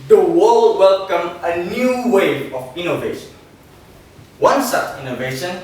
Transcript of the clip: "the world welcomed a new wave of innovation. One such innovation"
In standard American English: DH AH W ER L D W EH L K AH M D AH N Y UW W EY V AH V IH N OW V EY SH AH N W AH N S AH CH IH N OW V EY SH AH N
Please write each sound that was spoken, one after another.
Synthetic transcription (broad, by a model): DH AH W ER L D W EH L K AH M AH N Y UW W EY AH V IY N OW V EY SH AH N W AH N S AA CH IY N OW V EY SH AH N